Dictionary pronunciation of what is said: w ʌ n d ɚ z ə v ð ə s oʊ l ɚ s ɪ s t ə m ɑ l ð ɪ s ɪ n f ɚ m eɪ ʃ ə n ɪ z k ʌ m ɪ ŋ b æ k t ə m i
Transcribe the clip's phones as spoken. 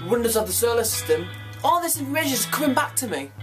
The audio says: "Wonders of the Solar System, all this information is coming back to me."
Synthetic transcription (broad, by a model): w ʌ n d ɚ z ə v ð ə s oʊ l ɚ s ɪ s t ə m ɑ l ð ɪ s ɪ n ɚ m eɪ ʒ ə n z k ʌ m ɪ ŋ b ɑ k t ə m i